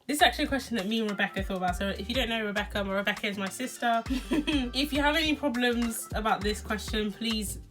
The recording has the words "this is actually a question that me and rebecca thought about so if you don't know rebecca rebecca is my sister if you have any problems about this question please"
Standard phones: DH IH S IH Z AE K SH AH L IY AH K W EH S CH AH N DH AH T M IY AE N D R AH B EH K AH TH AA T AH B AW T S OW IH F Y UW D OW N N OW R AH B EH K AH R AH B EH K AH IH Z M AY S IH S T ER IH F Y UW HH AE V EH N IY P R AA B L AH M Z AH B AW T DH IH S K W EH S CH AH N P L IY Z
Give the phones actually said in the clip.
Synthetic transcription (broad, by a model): DH IH S IH Z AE K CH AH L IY AH K W EH S CH AH N DH AH T M IY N R AH B EH K AH TH AA T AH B AW T S OW IH F Y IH D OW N N OW R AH B EH K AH R AH B EH K AH IH Z M AY S IH S T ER IH F Y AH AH V EH N IY P R AA B L AH M Z AH B AW T DH IH S K W EH S CH AH N P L IY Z